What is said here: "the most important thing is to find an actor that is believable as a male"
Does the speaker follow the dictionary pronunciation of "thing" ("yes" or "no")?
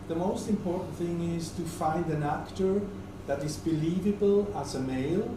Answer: yes